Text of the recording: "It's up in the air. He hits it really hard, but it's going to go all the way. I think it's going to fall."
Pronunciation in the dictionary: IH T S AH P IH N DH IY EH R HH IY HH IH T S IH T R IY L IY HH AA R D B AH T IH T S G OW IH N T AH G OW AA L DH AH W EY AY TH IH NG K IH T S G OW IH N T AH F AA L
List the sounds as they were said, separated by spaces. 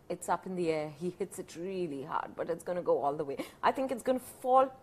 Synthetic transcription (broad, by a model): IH T S AH P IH N DH IY EH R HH IY HH IH T S IH T R IY L IY HH AA R D B AH T IH T S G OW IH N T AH G OW AA L DH AH W EY AY TH IH NG K IH T S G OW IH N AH F AA L